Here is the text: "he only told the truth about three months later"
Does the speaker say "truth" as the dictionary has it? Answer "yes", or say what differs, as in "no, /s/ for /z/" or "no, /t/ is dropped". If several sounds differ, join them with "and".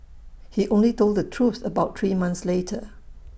no, /s/ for /θ/